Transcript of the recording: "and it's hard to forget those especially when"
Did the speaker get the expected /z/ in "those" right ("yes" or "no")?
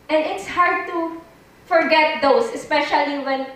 no